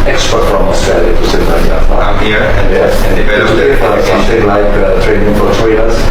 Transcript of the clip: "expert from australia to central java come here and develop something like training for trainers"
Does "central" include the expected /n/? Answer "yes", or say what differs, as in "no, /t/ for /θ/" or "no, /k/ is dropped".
no, /n/ is dropped